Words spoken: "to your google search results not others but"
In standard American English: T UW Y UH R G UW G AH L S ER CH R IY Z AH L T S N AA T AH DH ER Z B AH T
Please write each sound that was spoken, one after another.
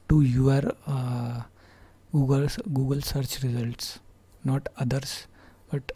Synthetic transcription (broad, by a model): T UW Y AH R G UW G AH L S ER CH R IY Z AH L T S N AA T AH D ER S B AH T